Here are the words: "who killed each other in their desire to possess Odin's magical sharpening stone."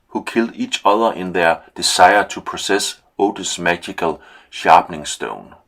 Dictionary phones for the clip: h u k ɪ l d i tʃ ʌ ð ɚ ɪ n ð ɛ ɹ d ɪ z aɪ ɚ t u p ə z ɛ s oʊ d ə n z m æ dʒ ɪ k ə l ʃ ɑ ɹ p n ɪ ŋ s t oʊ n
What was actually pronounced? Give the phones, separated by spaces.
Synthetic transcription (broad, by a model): h u k ɪ l d i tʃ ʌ ð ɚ ɪ n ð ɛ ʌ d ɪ s aɪ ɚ s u p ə s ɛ s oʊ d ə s m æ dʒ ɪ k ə l ʃ ɑ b n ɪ ŋ s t oʊ n